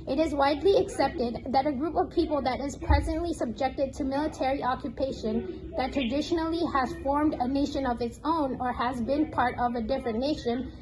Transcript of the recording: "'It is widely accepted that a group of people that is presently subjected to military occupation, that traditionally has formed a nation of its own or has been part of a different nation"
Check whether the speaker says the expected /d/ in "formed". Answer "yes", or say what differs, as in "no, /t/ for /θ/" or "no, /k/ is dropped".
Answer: yes